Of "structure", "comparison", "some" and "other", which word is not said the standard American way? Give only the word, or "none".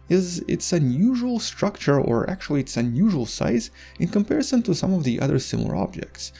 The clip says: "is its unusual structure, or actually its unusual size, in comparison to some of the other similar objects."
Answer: none